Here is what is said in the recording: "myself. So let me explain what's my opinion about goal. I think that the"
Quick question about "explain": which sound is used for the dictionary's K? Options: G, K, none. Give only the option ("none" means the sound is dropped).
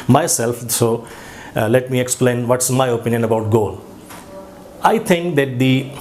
K